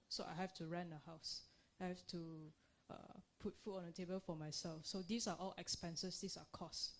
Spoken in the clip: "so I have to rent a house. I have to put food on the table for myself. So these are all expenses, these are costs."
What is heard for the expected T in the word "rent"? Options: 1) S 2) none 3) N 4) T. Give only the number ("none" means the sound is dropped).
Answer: 2